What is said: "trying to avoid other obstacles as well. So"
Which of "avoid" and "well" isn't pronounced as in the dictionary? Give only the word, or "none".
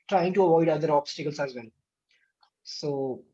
well